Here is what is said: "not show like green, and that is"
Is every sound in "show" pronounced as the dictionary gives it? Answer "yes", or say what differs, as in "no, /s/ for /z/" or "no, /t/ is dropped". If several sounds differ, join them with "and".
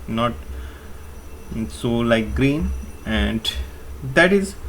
no, /s/ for /ʃ/